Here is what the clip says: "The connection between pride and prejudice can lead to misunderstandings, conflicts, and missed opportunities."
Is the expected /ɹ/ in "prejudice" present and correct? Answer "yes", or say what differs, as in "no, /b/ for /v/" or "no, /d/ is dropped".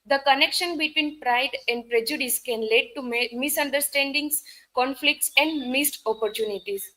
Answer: yes